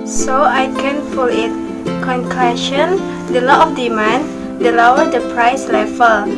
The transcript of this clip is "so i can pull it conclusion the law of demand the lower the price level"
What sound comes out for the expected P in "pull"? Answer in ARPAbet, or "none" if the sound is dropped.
F